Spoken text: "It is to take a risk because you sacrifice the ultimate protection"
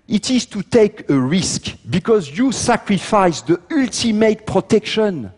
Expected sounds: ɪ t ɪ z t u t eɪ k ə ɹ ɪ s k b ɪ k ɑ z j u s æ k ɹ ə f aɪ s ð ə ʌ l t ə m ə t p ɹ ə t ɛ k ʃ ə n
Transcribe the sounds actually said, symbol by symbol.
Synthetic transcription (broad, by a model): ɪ t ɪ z t u t eɪ k ə ɹ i s k b ɪ k ɑ z j u s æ k ɹ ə f aɪ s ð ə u l t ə m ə t p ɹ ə t ɛ k ʃ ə n